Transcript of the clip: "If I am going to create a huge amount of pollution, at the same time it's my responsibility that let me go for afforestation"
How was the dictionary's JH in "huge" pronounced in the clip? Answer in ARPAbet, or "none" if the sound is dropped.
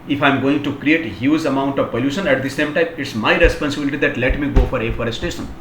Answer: Z